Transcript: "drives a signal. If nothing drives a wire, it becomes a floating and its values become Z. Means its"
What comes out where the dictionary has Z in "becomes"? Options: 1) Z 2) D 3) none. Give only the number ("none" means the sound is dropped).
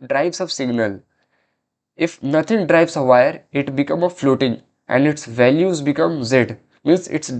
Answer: 3